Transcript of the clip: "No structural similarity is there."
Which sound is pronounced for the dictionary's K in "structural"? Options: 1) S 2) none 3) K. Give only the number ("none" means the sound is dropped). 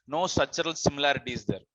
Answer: 2